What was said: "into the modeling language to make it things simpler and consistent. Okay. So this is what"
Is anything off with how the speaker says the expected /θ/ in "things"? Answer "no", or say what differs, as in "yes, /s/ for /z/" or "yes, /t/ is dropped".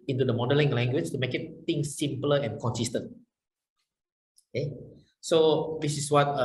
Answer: yes, /t/ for /θ/